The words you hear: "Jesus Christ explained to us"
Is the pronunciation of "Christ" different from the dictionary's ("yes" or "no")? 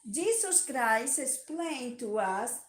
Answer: yes